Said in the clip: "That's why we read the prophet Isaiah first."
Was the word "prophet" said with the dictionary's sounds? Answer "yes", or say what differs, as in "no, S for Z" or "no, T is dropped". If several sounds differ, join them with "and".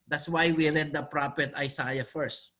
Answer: no, P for F